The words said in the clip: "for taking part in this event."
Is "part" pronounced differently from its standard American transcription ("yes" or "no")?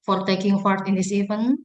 yes